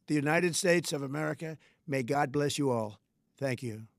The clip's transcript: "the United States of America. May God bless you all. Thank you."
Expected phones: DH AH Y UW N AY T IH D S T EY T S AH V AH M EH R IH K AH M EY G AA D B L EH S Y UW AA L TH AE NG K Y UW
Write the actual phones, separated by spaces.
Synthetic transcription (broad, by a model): DH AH Y UW N AY T IH D S T EY T S AH V AH M EH R IH K AH M EY G AA D B L EH S Y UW AA L TH AE NG K Y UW